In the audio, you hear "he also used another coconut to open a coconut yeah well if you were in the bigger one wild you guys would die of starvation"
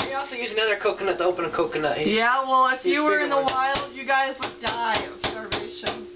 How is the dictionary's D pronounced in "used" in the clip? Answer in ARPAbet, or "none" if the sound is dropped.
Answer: none